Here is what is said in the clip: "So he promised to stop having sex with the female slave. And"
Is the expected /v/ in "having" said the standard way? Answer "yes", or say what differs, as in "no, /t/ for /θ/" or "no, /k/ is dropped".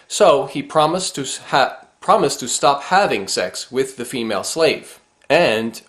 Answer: yes